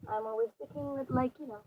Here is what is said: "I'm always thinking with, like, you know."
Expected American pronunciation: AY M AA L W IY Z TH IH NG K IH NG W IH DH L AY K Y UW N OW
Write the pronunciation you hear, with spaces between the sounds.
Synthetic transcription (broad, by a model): AY M AA L W IY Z T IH K IH NG W IH DH L AY K Y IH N OW